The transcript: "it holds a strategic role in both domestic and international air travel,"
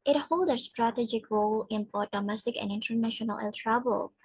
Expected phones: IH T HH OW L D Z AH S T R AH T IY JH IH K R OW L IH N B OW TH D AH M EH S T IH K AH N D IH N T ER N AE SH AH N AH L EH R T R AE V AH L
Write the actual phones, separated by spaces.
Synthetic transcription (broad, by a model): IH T HH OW L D AH S T R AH T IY JH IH K R OW L IH N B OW T D AH M EH S T IH K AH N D IH N T ER N AE SH AH N AH L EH L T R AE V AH L